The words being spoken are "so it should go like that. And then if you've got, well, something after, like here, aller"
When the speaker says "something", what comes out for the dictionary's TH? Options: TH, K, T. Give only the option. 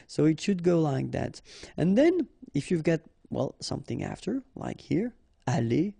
TH